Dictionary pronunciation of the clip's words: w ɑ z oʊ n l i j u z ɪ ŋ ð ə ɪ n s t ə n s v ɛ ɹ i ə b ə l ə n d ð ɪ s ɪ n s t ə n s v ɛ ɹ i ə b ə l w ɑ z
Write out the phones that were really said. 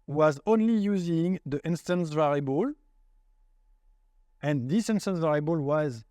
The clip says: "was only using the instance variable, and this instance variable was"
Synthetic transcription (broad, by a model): w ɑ z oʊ n l i j u z ɪ ŋ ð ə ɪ n s t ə n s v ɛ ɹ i b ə l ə n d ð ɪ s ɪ n s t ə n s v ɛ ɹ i b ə l w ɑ z